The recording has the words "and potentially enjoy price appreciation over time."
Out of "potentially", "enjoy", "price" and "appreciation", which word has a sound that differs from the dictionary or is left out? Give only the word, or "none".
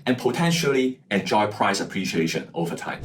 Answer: none